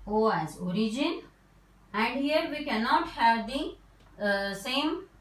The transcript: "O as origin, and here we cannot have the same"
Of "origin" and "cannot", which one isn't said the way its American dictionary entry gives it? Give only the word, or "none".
none